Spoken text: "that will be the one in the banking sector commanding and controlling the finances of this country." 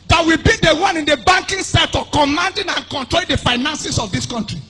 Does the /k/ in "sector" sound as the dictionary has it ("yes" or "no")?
no